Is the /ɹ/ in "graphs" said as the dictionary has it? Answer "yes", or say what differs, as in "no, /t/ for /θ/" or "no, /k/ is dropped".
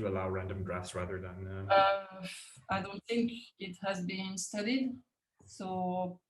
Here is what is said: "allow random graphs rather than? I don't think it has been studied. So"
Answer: yes